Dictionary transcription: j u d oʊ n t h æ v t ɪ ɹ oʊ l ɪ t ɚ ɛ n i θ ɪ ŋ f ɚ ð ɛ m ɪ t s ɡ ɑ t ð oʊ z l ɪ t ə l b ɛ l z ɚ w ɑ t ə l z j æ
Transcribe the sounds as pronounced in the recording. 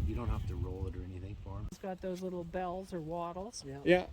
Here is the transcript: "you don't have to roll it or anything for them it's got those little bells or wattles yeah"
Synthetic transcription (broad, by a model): j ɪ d oʊ n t h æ f t ɪ ɹ oʊ l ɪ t ɚ ɛ n i θ ɪ ŋ f ɚ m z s ɡ ɑ t ð oʊ z l ɪ t l b ɛ l z ɚ w ɑ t l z j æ